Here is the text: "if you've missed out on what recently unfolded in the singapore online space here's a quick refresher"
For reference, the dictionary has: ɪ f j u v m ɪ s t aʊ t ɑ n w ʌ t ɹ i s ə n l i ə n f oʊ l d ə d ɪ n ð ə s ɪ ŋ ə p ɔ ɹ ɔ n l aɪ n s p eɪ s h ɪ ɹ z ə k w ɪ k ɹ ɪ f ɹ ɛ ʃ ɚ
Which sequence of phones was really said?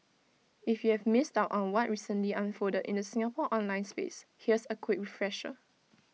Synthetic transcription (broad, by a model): ɪ f j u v m ɪ s t aʊ t ɑ n w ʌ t ɹ i s ə n l i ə n f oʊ d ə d ɪ n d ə s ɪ ŋ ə p ɔ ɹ ɔ n l aɪ n s p eɪ s h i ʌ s ə k w ɪ k ɹ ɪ f ɹ ɛ ʃ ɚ